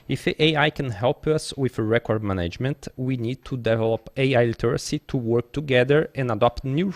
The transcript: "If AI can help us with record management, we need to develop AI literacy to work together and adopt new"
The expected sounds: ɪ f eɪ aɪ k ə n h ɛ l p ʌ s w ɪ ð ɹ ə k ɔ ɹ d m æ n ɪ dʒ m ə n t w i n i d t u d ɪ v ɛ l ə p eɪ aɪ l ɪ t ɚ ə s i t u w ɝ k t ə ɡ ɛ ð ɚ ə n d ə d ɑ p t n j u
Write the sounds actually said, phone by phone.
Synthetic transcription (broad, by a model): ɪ f eɪ aɪ k ə n h ɛ l p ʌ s w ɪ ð ɹ ə k ɔ ɹ d m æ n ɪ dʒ m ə n t w i n i d t u d ɪ v ɛ l ə p eɪ aɪ l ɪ t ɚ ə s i t u w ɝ k t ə ɡ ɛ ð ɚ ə n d ə d ɑ p t n j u